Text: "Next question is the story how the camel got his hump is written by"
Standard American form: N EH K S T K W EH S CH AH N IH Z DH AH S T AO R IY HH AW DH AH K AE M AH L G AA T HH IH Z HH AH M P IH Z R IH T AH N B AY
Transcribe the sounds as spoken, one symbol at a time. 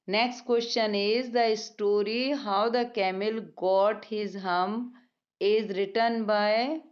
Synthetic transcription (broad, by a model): N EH K S T K W EH S CH AH N IH Z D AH S T AO R IY HH AW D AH K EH M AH L G AA T HH IH Z HH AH M IH Z R IH T AH N B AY